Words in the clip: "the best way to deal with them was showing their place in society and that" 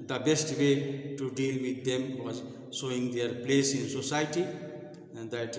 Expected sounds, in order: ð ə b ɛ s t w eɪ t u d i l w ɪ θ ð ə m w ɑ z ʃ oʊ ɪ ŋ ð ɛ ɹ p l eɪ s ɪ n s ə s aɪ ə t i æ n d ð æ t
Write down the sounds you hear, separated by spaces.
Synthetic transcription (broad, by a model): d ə b ɛ s t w eɪ t u d i l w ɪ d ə m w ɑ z s oʊ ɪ ŋ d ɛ ɹ p l eɪ s ɪ n s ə s aɪ t i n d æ t